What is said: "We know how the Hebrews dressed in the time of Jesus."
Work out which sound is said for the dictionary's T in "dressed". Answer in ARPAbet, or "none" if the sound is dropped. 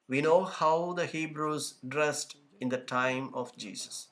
T